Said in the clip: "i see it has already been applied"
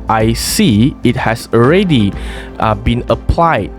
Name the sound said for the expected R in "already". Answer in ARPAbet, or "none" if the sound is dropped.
R